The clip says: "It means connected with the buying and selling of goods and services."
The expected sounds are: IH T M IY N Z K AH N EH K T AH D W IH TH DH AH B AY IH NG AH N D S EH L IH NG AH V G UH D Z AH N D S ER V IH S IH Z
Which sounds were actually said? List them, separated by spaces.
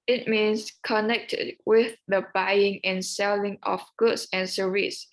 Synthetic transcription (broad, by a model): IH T M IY N S K AH N EH K T AH D W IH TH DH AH B AY IH NG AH N S EH L IH NG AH F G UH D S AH N S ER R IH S